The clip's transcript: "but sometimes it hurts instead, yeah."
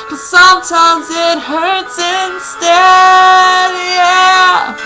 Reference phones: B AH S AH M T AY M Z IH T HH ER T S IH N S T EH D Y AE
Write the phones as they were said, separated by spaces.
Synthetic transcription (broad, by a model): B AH S AH M T AY M Z IH T HH ER T S IH N S T EH D Y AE